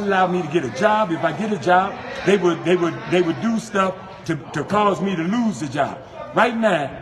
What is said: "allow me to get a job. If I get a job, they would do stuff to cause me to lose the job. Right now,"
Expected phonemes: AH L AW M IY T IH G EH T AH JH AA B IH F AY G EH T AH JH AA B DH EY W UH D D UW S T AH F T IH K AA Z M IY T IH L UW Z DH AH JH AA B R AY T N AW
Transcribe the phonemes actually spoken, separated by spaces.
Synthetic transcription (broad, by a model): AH L AW M IY T IH G EH T AH JH AA B IH F AY G EH T AH JH AA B DH EY W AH D D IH S T AH F T IH K AA Z M IY T IH L UW Z DH AH JH AA B R AY T N AW